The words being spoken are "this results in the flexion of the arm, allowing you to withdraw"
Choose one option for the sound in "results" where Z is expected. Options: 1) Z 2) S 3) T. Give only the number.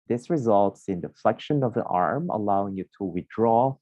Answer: 1